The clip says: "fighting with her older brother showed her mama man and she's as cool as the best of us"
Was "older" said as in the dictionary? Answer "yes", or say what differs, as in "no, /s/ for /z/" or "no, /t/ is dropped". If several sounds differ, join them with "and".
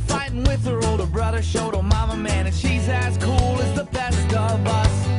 yes